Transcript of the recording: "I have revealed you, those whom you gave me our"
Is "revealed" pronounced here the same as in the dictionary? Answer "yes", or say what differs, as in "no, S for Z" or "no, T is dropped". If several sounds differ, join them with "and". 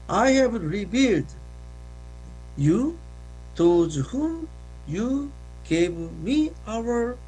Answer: no, B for V